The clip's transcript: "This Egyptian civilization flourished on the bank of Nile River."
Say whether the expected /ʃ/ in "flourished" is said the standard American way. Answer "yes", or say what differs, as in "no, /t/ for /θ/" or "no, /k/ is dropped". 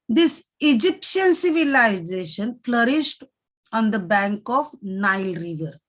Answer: yes